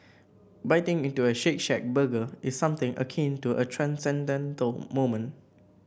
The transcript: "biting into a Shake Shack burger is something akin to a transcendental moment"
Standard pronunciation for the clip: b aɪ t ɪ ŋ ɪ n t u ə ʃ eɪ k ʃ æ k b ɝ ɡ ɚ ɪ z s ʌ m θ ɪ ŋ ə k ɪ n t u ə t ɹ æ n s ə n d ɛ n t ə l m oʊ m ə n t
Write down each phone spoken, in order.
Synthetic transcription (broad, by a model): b aɪ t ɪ ŋ ɪ n t u ə ʃ eɪ k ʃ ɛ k b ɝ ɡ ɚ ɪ s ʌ m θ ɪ ŋ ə k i n t u ə t ɹ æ n s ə n d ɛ n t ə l m oʊ m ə n